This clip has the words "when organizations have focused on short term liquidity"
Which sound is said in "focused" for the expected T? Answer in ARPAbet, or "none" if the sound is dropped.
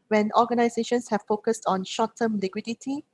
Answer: T